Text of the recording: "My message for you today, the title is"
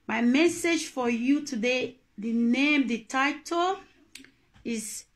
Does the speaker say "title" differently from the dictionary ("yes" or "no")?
no